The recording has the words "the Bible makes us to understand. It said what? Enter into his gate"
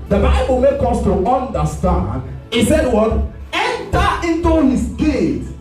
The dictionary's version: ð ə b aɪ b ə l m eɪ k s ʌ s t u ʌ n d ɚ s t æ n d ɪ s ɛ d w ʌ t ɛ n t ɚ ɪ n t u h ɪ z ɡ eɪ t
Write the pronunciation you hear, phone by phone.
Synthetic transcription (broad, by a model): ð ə b aɪ b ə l m eɪ k ʌ s t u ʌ n d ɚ s t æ n d ɪ s ɛ d w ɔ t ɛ n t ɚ ɪ n t u h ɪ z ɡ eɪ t